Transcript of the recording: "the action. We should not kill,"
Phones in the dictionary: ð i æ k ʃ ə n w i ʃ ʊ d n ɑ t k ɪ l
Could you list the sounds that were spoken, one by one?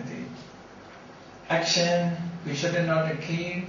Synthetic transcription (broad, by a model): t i æ k ʃ ə n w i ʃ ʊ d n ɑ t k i